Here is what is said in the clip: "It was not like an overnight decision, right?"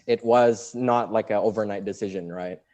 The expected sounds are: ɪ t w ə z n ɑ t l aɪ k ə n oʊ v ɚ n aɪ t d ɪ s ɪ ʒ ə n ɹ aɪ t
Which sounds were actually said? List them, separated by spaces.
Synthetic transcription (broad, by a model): ɪ t w ə z n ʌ t l aɪ k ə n oʊ v ɚ n aɪ t d ɪ s ɪ ʒ ə n ɹ aɪ t